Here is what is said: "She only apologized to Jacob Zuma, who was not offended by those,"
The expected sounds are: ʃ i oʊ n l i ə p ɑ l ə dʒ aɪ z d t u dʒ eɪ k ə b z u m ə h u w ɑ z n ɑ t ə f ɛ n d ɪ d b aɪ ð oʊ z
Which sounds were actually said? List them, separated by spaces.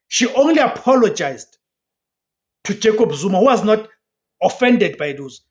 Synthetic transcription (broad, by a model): ʃ i oʊ n l i ə p ɑ l ə dʒ aɪ z d t u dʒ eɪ k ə b z u m ə h u w ɑ z n ɑ t ə f ɛ n d ɪ d b aɪ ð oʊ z